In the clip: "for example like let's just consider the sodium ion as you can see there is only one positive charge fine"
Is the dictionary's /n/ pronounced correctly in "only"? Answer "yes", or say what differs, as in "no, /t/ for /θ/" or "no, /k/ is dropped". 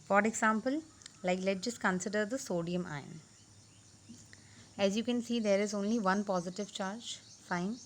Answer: yes